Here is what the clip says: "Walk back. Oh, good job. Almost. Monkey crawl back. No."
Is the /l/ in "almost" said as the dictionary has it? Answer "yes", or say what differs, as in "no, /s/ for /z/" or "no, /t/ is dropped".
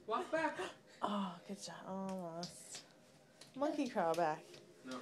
no, /l/ is dropped